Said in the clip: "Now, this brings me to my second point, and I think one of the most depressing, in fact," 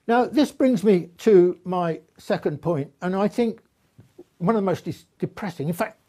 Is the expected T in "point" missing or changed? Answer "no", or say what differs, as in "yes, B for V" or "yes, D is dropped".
no